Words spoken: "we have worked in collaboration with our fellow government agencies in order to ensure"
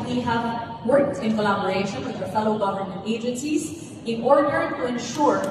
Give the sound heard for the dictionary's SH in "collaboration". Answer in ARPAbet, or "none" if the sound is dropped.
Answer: SH